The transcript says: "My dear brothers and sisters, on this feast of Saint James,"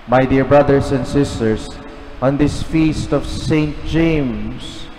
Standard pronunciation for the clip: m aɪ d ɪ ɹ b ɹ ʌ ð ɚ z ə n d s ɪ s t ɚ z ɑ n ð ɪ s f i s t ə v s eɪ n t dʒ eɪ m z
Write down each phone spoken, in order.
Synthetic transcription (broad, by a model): m aɪ d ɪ ɹ b ɹ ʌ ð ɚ s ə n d s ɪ s t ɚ s ɑ n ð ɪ s f i s t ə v s eɪ n t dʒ eɪ m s